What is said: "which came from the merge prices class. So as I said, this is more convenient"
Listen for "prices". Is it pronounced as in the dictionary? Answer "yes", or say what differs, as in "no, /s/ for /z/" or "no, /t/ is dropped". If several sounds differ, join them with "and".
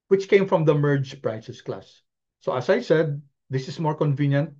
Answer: no, /s/ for /z/